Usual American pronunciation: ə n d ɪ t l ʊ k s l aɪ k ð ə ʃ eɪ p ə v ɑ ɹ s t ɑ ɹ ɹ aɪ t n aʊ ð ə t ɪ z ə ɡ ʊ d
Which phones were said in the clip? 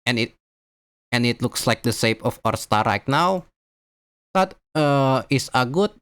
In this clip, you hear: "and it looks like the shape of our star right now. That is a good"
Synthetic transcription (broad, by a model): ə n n ɪ t l ʊ k s l aɪ k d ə s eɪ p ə f ɑ ɹ s t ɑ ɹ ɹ aɪ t n aʊ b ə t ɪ s ə ɡ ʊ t